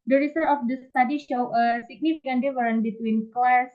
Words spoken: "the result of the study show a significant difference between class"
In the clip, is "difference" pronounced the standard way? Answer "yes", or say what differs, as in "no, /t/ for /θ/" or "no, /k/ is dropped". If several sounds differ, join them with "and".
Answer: no, /s/ is dropped